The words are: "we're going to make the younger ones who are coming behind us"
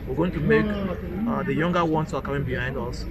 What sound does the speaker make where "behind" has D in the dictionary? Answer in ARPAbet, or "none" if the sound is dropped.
D